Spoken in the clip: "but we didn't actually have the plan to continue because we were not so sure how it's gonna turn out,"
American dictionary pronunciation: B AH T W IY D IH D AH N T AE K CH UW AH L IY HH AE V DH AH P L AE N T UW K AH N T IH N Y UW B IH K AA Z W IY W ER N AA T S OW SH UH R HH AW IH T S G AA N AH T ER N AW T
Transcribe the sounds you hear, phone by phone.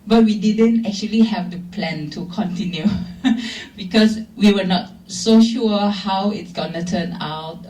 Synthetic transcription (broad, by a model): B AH T W IY D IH D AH N T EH K CH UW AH L IY HH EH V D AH P L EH N T UW K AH N T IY N Y UW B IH K AA S W IY W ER N AA T S OW SH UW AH HH AW IH T S G AA N AH T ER N AW T